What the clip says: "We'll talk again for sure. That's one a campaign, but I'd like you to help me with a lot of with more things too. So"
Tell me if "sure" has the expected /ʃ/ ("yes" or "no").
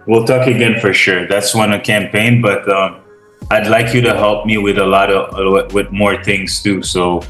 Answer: yes